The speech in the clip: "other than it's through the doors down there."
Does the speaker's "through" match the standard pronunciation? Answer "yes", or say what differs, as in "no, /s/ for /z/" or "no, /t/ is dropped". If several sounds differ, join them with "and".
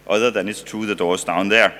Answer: no, /t/ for /θ/